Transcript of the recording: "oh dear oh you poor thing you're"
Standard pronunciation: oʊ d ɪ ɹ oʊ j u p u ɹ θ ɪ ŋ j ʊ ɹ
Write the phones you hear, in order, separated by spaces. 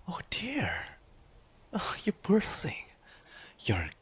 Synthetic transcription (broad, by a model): oʊ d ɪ ɹ oʊ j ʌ b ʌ ɹ θ ɪ ŋ j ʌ ɹ